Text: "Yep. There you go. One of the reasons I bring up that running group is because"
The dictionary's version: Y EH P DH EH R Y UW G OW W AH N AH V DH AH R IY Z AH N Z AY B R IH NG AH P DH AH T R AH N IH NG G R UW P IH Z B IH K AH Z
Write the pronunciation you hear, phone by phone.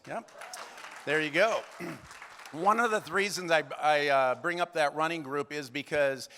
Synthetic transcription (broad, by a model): Y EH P DH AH R Y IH G OW W AH N AH V DH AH R IY Z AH N Z AY B R IH NG AH P DH AH T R AH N IH NG G R UW P IH Z B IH K AH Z